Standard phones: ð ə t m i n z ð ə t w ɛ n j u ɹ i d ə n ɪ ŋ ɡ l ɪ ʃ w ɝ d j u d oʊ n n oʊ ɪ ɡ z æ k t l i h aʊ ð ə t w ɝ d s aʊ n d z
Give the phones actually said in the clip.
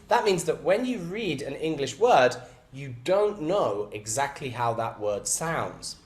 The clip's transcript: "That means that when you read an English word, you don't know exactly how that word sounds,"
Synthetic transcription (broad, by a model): ð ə t m i n z ð ə t w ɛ n j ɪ ɹ i d ə n ɪ ŋ ɡ l ɪ ʃ w ɝ d j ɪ d oʊ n n oʊ ɪ ɡ z æ k t l i h aʊ ð ə t w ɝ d s aʊ n d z